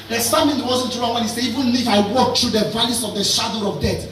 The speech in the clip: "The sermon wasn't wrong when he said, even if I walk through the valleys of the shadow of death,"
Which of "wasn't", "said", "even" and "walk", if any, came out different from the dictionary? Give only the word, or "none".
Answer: said